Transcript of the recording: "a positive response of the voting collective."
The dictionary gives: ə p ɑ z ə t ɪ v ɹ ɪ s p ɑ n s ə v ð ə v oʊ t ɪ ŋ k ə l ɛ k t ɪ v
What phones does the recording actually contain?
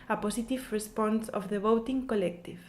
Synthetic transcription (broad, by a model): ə p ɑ s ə t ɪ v ɹ ɪ s p ɑ n s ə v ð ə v oʊ t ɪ ŋ k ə l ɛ k t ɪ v